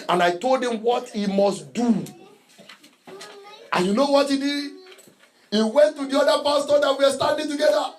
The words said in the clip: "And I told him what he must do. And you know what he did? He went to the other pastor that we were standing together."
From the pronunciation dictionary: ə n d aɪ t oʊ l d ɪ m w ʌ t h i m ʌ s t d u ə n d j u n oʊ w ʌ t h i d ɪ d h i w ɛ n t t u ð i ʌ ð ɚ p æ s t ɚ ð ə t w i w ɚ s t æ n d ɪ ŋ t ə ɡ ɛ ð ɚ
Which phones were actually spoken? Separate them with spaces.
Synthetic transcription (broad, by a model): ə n aɪ t oʊ l d ɪ m w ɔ t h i m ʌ s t d u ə j u n oʊ w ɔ t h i d ɪ d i w ɛ n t t u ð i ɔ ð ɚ p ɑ s t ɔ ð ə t w i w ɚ s t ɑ n d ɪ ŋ t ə ɡ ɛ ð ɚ